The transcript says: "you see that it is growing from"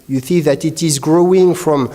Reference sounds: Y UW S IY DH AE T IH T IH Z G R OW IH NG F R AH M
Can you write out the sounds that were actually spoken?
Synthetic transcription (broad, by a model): Y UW TH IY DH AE T IH T IH Z G R OW IH NG F R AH M